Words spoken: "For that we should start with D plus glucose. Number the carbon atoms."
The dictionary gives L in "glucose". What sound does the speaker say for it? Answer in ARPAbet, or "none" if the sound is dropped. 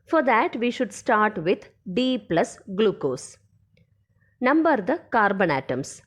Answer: L